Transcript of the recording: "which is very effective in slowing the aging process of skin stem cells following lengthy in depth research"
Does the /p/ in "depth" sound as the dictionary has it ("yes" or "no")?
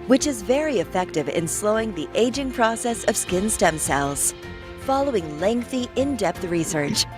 yes